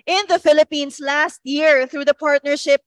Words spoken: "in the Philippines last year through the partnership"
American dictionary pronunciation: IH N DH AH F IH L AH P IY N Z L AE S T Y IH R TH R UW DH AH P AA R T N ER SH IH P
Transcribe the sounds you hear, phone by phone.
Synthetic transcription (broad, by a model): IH N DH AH F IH L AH P IY N S L AE S T Y IH R TH R UW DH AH P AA R T N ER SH IH P